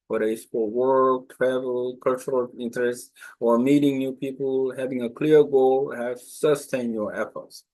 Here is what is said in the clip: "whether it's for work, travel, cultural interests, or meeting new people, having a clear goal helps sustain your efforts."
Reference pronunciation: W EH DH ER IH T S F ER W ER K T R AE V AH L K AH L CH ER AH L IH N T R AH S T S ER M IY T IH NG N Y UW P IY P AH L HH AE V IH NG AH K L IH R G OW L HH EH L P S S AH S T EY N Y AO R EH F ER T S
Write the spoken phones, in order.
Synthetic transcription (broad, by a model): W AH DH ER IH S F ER W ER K T R AE V AH L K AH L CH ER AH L IH N T R AH S T S ER M IY T IH NG N Y UW P IY P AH L HH AE V IH NG AH K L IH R G OW L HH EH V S S AH S T EY N Y AO R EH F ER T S